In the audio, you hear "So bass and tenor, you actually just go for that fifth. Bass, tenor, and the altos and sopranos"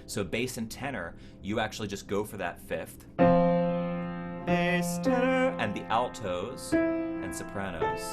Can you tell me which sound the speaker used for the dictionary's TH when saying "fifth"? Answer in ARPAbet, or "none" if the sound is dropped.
TH